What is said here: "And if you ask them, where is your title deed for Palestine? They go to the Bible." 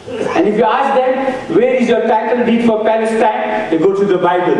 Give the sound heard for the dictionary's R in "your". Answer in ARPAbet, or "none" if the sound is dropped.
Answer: R